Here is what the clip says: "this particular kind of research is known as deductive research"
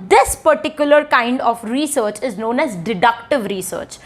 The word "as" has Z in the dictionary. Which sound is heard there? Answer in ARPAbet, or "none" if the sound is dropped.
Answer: Z